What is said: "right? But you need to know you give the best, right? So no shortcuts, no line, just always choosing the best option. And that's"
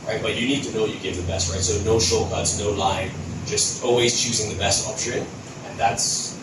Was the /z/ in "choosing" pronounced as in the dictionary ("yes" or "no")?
yes